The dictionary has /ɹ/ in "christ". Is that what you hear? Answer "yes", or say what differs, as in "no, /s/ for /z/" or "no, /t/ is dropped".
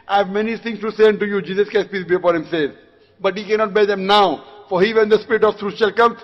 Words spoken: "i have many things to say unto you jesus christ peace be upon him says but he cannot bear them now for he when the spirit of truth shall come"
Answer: no, /ɹ/ is dropped